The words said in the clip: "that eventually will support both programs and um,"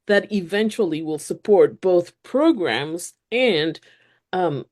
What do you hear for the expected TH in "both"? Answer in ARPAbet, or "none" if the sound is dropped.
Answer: TH